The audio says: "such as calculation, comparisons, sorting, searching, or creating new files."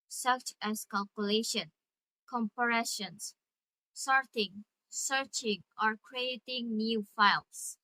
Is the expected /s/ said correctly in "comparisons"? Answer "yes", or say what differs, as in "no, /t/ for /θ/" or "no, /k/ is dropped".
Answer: no, /ʃ/ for /s/